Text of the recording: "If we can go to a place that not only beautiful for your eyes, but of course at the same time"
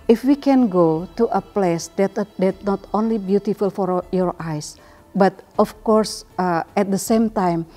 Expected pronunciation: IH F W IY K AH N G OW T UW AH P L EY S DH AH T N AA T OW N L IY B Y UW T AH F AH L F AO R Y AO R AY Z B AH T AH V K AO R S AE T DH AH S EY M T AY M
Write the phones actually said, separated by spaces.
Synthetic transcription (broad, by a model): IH F W IY K AH N G OW T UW AH P L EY S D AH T N AA T OW N L IY B Y UW T AH F AH L F AO R Y AO R AY S B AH T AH F K AO R S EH T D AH S EY M T AY M